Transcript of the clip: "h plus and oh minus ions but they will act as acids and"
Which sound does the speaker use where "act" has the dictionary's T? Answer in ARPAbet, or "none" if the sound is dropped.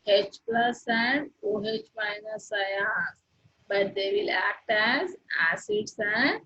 T